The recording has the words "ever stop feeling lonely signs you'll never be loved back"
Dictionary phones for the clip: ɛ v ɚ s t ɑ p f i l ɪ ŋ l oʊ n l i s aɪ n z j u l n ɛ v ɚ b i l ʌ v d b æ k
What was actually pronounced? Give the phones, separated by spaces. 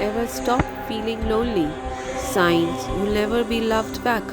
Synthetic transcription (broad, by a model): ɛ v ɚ s t ɑ p f i l ɪ ŋ l oʊ l i s aɪ n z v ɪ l n ɛ v ɚ b i l ʌ v d b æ k